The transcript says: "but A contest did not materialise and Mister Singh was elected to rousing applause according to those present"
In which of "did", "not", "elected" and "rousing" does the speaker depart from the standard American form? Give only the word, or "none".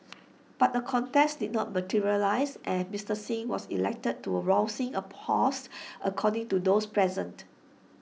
rousing